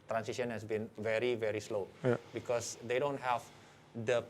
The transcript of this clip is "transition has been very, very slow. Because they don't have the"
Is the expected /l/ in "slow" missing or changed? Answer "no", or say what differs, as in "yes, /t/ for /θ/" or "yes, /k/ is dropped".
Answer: no